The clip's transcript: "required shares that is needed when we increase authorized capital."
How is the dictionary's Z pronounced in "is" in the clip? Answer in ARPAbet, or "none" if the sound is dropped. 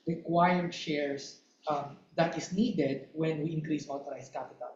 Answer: S